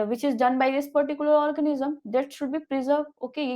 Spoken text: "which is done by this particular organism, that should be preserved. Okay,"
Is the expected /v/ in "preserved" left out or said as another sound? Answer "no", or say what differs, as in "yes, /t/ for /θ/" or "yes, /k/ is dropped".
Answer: yes, /v/ is dropped